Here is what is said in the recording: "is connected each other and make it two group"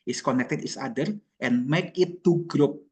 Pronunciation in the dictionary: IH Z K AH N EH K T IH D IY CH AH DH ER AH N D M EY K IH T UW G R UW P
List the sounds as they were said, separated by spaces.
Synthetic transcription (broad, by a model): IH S K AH N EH K T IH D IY S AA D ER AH N M EY K IH T UW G R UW P